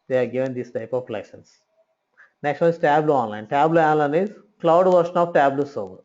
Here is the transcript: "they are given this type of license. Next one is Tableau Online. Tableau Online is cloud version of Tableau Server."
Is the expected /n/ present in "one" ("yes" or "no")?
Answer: no